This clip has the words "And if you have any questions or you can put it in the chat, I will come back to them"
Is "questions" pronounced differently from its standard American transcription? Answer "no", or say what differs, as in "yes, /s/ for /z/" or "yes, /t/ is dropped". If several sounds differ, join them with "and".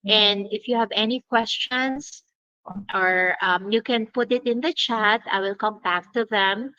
yes, /s/ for /z/